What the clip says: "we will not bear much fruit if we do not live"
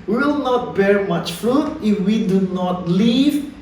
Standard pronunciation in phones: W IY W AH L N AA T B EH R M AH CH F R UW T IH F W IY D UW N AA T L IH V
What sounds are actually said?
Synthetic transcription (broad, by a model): W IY W AH L N AA T B EH R M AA CH F R UW T IH F W IY D UW N AA T L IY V